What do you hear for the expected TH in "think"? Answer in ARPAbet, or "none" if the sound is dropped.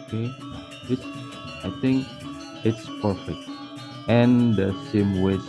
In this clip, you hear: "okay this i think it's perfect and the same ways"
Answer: T